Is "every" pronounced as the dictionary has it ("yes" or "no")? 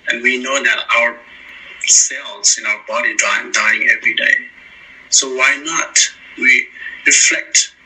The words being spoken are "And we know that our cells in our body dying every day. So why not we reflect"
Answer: yes